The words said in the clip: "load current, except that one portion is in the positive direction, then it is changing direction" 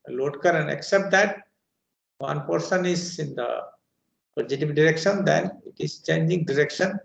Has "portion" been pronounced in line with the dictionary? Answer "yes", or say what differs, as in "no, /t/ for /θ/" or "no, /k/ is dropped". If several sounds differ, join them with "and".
no, /s/ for /ʃ/